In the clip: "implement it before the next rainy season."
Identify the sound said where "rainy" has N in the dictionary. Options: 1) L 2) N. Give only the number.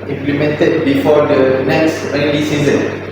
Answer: 1